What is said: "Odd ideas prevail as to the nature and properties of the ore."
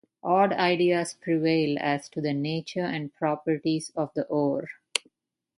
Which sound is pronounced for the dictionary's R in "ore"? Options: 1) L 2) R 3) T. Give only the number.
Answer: 2